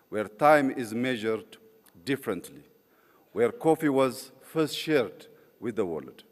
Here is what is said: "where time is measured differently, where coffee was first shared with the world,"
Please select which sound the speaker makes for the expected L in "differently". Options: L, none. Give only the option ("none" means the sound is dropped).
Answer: L